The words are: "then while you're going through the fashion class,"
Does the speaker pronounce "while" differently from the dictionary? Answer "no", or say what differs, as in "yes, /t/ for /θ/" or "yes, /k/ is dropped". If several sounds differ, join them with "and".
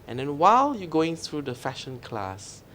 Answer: no